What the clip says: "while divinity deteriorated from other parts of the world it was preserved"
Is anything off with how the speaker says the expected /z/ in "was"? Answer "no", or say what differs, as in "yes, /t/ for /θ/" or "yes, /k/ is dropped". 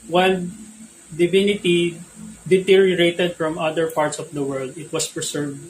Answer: yes, /s/ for /z/